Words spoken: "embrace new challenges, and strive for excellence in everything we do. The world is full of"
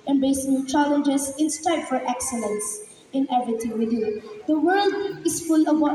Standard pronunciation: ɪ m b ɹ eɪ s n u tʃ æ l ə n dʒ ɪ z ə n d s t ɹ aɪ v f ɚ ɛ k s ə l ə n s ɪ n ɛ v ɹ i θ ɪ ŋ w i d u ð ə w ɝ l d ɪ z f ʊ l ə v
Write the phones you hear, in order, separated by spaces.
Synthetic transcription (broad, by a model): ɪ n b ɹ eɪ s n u tʃ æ l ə n dʒ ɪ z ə n s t aɪ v f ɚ ɛ k s ə l ə n s ɪ n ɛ v ɹ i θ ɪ ŋ w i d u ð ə w ɝ l d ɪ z f ʊ l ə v